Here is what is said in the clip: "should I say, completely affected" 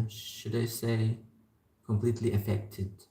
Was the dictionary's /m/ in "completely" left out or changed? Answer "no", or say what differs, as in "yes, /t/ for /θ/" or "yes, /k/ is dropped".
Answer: no